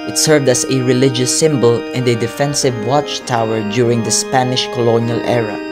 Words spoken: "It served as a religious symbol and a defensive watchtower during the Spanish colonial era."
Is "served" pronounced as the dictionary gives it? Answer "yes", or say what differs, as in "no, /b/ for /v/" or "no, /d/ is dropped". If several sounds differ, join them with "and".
yes